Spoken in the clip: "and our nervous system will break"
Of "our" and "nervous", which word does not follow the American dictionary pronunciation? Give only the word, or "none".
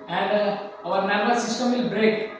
nervous